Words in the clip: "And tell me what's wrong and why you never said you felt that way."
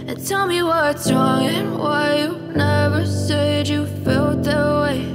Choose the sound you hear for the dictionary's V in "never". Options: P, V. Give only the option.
V